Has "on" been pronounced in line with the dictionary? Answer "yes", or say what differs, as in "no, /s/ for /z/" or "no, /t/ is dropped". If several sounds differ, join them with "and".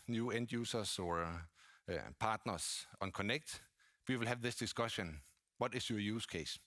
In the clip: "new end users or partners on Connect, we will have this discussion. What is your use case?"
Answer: yes